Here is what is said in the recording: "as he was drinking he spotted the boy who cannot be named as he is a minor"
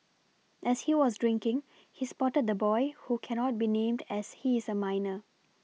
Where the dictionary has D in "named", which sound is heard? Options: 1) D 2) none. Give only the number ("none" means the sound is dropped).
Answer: 1